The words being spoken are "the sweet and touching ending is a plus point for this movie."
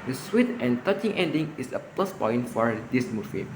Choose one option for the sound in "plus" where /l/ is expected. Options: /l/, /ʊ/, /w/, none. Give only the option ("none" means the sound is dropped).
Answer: /l/